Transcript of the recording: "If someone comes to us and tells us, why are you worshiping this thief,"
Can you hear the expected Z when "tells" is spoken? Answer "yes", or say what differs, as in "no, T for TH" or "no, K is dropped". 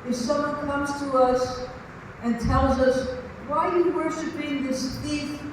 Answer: yes